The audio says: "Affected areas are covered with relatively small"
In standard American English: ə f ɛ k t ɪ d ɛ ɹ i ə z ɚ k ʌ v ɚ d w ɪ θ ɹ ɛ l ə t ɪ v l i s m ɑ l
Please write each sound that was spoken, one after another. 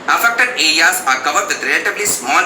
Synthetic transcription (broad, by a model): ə f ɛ k t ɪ d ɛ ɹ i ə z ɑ k ʌ v ɚ d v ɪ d ɹ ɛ l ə t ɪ b l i s m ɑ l